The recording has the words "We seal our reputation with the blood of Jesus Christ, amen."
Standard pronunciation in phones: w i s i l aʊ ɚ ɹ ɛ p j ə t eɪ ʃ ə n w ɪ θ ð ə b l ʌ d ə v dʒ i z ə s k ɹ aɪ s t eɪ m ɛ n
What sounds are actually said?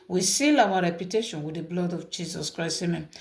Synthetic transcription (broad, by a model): w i s i l aʊ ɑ ɹ ɛ p j ə t eɪ ʃ ə n w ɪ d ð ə b l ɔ d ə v dʒ i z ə s k ɹ aɪ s eɪ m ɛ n